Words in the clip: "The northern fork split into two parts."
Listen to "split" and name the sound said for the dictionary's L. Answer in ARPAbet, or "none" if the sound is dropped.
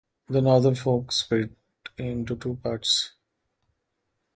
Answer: none